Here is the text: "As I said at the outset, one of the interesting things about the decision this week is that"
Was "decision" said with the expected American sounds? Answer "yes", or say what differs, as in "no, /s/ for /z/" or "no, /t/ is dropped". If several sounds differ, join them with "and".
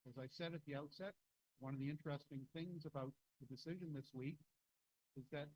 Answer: yes